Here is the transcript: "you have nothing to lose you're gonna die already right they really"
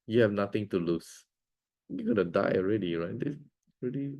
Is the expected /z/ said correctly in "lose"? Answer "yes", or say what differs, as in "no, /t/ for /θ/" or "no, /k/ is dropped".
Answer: no, /s/ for /z/